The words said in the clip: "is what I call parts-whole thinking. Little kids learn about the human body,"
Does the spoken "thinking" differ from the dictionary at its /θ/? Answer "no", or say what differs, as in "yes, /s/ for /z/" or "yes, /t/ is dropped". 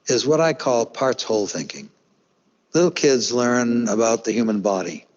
no